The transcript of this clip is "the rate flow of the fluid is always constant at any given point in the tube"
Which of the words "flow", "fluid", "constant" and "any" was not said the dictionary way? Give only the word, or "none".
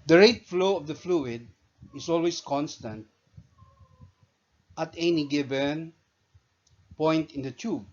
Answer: none